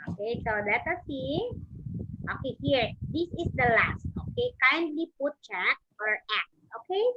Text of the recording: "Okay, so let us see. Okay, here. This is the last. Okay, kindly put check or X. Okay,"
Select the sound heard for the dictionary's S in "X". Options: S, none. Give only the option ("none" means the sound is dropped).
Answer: none